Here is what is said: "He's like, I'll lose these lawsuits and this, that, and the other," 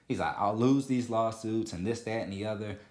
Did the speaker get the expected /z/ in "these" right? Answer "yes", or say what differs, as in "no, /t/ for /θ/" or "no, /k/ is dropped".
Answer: yes